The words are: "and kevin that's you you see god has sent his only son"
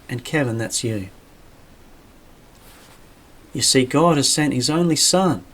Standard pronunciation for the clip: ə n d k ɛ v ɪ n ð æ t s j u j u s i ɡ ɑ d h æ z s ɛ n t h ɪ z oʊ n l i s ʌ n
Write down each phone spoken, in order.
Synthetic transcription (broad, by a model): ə n k ɛ v ɪ n ð æ t s j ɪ j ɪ s i ɡ ɑ d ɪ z s ɛ n t h ɪ z oʊ n l i s ʌ n